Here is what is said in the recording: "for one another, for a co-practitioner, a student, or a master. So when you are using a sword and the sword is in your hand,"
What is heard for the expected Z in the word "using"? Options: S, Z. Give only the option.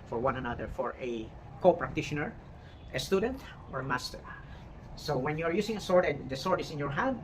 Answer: S